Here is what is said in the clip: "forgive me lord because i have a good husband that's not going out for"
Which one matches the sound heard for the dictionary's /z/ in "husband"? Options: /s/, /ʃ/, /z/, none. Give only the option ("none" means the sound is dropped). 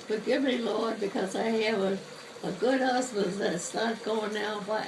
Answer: /s/